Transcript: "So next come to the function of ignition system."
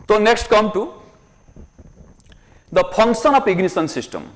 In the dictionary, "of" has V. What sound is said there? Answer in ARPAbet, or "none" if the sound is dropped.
P